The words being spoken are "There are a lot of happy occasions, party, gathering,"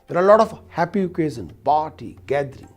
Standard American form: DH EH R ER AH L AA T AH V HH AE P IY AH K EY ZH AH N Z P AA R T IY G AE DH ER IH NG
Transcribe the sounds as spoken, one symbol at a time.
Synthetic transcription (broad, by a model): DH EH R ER AH L AA T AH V HH AE P IY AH K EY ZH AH N P AA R T IY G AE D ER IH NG